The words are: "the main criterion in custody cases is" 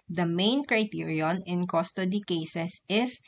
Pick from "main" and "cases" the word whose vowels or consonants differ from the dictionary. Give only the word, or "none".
cases